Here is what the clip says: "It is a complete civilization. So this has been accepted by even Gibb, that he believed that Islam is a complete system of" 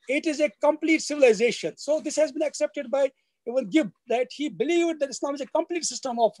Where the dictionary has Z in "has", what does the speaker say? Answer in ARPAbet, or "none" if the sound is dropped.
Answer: Z